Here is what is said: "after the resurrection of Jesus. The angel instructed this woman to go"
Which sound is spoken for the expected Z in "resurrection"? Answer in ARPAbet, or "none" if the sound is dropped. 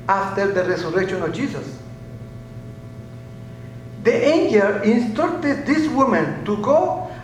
S